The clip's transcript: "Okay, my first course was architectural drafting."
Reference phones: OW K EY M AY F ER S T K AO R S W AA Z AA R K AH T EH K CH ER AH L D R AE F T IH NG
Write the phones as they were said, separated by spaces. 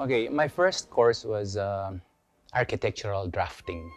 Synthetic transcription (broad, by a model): OW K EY M AY F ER S T K AO R S W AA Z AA R K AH T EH K CH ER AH L D R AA F T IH NG